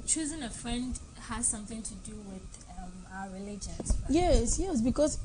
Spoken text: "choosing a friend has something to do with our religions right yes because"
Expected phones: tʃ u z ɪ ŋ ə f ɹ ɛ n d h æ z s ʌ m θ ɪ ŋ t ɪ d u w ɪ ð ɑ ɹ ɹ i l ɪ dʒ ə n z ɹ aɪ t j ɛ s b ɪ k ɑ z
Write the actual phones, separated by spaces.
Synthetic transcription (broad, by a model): tʃ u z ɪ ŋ ə f ɹ ɛ n d h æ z s ʌ m θ ɪ ŋ t ɪ d u w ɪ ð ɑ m ɹ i l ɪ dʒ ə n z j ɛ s j ɛ s b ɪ k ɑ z